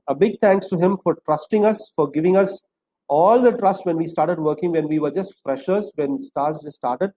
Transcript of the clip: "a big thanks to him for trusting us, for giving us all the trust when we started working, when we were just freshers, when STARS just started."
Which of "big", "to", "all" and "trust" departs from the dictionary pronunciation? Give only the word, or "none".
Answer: none